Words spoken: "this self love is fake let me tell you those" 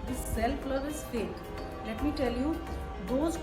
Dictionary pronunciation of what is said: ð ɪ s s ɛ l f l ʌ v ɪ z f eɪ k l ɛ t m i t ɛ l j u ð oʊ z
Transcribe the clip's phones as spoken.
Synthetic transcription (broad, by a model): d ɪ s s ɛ l p l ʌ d ɪ z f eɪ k l ɛ t m i t ɛ l j u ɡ oʊ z